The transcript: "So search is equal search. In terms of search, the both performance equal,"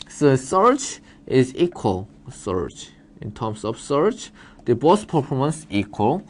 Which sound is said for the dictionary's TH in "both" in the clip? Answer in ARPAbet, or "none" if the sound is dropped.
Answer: S